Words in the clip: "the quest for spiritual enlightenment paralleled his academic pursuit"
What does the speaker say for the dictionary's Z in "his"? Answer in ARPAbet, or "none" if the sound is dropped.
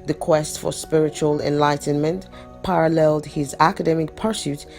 Z